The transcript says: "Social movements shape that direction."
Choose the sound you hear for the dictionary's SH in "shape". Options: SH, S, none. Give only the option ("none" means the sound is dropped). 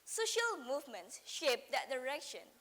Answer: SH